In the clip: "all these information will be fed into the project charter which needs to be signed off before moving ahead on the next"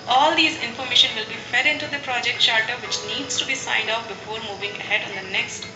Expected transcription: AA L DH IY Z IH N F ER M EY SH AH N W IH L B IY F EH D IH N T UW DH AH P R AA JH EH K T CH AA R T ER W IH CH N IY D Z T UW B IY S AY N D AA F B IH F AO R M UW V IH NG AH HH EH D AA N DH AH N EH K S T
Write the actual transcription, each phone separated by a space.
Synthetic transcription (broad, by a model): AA L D IY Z IH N F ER M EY SH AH N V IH L B IY F EH D IH N T UW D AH P R AA JH EH K T SH AA R T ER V IH CH N IY D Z T UW B IY S AY N D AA P B IH F AO R M UW V IH NG AH HH EH D AA N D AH N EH K S T